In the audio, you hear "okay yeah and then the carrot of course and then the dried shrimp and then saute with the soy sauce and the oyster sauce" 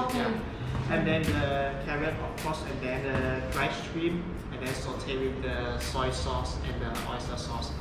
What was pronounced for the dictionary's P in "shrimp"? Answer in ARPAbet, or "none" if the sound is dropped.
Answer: none